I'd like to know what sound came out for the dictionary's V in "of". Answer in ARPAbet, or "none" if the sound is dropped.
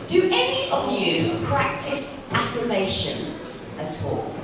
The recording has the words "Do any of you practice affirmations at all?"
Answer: V